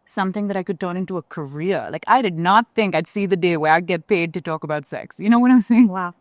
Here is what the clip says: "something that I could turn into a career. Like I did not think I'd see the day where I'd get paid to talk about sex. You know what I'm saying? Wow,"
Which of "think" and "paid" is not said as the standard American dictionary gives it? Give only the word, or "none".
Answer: none